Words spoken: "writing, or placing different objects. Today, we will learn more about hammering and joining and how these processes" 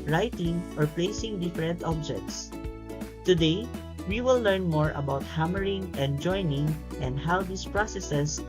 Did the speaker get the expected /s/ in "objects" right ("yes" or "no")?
yes